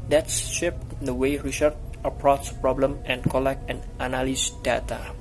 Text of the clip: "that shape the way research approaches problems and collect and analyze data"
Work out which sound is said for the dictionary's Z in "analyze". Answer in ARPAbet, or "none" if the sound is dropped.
S